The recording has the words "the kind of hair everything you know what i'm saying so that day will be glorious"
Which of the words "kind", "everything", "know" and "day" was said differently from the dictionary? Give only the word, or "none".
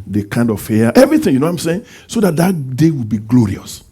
everything